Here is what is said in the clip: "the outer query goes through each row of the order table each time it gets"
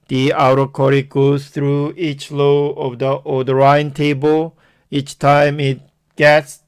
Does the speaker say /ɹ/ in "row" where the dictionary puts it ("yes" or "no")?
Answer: no